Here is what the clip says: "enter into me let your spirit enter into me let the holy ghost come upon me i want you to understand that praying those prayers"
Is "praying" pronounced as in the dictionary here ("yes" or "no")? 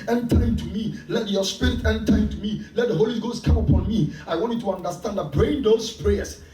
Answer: no